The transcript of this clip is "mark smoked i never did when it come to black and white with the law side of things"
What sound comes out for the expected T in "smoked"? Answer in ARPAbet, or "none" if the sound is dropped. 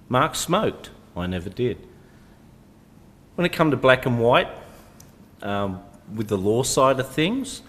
T